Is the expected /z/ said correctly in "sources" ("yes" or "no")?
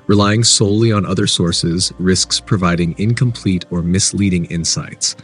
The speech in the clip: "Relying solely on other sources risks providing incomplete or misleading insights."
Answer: yes